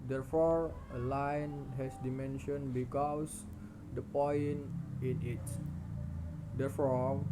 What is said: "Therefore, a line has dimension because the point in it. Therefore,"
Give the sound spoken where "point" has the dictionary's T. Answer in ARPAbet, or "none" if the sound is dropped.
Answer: none